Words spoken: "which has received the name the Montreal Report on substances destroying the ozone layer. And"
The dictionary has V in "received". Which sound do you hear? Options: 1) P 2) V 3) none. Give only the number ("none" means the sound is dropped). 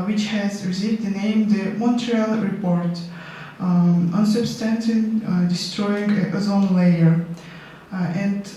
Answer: 3